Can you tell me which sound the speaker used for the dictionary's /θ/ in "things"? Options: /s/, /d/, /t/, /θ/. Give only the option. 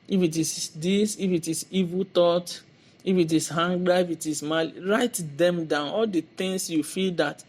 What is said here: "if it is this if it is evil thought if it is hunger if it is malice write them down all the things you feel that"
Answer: /t/